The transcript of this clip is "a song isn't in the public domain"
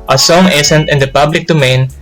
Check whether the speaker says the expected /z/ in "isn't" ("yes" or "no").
no